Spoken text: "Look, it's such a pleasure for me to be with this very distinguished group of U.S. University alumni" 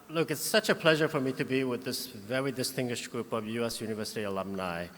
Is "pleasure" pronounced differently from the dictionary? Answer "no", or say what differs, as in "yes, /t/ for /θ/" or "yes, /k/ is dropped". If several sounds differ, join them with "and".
no